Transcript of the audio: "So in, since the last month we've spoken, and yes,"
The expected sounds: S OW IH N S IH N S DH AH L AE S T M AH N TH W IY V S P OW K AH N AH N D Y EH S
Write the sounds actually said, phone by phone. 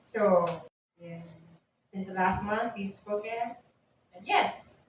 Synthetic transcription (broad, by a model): S OW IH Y S IH N S DH AH L AE S T M AH N TH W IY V S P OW AH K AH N Y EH S